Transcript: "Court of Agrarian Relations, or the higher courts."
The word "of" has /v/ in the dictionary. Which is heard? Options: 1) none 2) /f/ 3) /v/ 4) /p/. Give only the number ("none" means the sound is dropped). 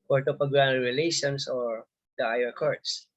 4